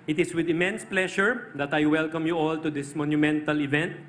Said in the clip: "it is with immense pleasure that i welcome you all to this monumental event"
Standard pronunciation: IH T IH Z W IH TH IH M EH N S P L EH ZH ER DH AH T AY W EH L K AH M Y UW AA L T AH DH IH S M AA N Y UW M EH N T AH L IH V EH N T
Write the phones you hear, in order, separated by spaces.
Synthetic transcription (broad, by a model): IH T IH S W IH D IH M EH N S P L EH SH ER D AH T AY W EH L K AH M Y UW AA L T AH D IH S M AA N Y UW M EH N T AH L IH V EH N T